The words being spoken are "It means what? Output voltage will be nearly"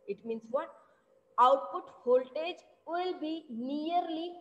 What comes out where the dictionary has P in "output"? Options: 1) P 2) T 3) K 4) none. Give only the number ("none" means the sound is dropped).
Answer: 1